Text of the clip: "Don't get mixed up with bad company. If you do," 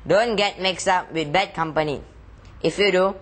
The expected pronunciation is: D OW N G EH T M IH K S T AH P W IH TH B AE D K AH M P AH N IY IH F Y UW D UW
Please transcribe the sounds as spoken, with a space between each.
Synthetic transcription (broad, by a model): D OW N G EH T M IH K S AA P W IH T B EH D K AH M P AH N IY IH F Y UW D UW